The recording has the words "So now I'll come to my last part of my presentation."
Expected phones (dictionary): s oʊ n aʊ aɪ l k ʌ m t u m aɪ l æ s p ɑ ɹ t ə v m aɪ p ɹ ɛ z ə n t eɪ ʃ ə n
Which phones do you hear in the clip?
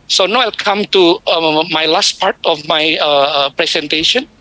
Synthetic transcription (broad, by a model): s oʊ n aʊ aɪ l k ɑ m t u m aɪ l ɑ s p ɑ ɹ t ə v m aɪ p ɹ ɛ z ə n t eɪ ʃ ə n